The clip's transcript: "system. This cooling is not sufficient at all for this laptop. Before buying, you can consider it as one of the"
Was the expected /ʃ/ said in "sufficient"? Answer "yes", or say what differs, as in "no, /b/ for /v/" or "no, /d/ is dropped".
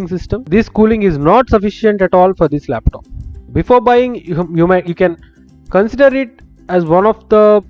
yes